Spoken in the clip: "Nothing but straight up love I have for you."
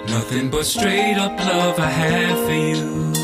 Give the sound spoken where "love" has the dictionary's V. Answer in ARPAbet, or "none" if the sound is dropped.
V